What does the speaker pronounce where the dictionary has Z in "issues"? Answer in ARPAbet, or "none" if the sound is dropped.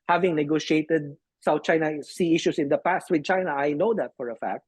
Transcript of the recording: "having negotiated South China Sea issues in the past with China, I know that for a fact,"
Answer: S